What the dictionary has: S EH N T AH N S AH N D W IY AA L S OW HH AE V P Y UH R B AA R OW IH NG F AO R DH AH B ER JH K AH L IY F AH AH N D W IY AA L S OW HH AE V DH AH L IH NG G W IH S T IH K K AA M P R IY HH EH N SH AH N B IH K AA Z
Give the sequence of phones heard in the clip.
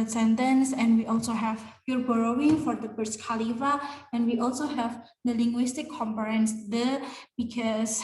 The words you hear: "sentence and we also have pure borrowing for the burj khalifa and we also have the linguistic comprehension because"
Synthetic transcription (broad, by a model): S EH N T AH N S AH N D W IY AA L S OW HH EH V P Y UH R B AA R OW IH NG F AO R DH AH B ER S K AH L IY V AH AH N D W IY AA L S OW HH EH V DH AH L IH NG G W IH S T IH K K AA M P IY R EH N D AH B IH K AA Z